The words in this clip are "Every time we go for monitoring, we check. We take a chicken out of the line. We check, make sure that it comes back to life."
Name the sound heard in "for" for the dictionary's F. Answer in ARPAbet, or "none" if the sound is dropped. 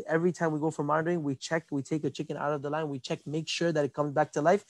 F